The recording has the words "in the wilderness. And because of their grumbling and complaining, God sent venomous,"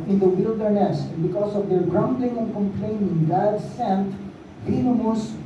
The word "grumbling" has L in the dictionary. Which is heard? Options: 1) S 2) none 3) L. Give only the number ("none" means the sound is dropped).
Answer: 3